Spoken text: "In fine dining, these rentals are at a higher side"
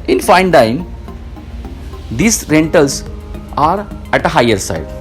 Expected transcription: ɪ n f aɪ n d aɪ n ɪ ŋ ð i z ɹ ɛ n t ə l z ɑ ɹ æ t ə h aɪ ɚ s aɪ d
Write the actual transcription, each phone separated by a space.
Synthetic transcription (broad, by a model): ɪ n f aɪ n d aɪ ɪ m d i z ɹ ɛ n t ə l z ɑ ɹ æ t ə h aɪ ɚ s aɪ d